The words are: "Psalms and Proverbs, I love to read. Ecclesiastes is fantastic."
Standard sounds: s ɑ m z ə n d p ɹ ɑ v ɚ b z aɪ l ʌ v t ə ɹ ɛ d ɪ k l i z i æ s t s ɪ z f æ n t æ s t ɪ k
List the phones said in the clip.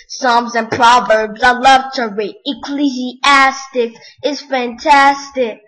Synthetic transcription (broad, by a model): s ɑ m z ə n p ɹ ɑ v ɚ b z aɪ l ʌ v t ə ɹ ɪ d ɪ k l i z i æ s t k ɪ z f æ n t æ s t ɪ k